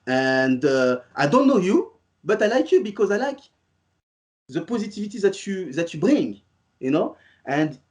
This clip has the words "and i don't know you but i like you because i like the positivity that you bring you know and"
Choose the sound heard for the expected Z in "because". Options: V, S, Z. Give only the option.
Z